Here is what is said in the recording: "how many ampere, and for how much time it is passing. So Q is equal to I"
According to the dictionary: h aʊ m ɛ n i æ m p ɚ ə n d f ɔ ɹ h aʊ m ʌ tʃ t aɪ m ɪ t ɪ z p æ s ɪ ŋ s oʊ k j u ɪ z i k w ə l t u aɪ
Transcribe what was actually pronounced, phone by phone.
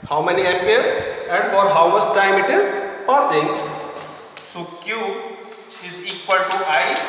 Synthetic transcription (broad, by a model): h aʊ m ɛ n i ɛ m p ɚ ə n d f ɔ ɹ h aʊ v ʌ s t aɪ m ɪ t ɪ z p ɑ s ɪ ŋ s oʊ k j u ɪ z i k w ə l t u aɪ